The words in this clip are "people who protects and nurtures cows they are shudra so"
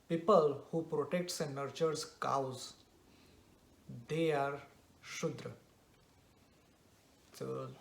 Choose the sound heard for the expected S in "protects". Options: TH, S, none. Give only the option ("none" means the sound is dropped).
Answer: S